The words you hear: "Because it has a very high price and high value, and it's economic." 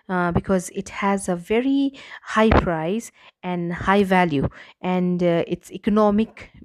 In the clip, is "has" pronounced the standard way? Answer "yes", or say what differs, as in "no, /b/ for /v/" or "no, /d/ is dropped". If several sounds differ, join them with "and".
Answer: yes